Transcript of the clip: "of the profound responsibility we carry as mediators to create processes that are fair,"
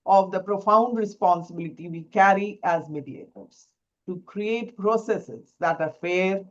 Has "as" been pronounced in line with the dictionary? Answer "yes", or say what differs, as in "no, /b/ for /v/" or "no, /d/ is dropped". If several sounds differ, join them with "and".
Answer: yes